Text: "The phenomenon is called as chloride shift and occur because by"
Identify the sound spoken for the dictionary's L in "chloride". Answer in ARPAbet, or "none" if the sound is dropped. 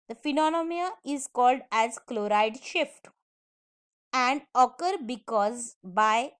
L